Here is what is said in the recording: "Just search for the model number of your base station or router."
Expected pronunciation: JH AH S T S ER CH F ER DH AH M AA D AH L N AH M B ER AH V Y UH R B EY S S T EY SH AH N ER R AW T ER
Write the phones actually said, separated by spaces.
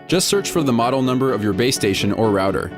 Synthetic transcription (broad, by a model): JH AH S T S ER CH F ER DH AH M AA D L N AH M B ER AH V Y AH R B EY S S T EY SH AH N ER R AW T ER